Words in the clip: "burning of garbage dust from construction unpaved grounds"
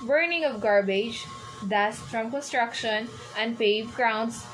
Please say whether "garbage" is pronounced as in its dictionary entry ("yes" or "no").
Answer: yes